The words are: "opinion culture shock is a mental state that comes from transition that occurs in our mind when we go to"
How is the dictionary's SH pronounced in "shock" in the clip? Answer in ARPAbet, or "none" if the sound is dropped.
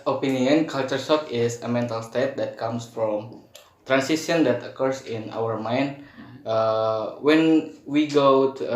S